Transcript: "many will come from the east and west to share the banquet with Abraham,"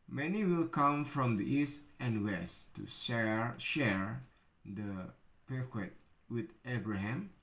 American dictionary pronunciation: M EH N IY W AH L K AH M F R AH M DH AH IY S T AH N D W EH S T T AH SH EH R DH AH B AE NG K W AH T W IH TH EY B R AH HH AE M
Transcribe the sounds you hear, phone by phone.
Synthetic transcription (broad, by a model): M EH N IY W AH L K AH M F R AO M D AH IY S T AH N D W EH S T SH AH SH EH R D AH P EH K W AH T W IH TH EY B R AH HH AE M